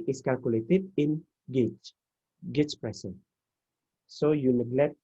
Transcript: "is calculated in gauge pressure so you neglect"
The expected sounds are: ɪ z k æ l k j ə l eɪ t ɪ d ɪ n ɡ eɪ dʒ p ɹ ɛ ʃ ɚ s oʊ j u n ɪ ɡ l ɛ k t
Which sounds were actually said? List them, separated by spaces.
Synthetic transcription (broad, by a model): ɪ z k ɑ l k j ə l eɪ t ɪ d ɪ n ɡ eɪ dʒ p ɹ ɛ s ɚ s oʊ j u n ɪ ɡ l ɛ k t